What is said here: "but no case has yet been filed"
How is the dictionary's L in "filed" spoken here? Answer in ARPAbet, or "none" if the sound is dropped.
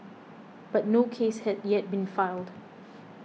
L